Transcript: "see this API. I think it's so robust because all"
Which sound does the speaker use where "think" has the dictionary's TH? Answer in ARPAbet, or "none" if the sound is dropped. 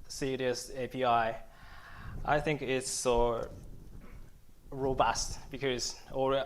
TH